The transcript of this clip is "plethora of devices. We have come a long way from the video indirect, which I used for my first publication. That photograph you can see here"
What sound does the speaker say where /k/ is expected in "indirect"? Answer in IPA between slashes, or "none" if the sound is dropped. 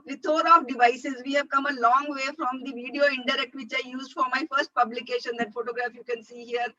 /k/